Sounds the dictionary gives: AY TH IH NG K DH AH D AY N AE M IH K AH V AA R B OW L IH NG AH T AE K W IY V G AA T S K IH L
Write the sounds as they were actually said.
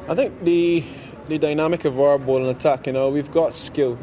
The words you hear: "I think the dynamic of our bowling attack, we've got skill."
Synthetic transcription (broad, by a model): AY TH IH NG K DH AH D AY N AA M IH K AH V AA R B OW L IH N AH T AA K W IY V G AA T S K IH L